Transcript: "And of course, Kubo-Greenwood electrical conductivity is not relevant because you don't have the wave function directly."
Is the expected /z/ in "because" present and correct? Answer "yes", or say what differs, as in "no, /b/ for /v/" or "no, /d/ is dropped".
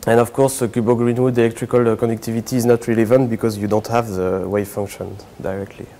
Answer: yes